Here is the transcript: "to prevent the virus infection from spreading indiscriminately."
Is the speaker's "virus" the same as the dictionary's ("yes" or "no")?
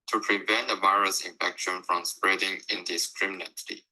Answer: yes